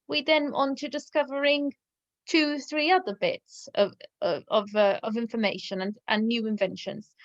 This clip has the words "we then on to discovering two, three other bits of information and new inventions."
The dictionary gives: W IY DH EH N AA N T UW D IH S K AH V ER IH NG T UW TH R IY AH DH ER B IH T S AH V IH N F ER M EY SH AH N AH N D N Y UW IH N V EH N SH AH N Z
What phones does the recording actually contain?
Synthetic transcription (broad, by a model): W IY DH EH N AA N T UW D IH S K AH V ER IH NG T UW TH R IY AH DH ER B IH T S AH V IH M F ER M EY SH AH N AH N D N Y UW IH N V EH N SH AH N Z